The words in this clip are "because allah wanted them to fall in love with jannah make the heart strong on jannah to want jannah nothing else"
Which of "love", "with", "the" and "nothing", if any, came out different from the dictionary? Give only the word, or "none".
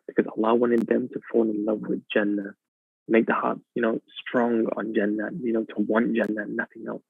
none